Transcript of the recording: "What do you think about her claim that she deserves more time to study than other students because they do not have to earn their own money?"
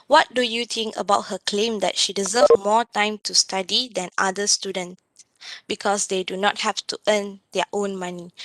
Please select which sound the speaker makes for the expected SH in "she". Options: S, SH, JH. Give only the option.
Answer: SH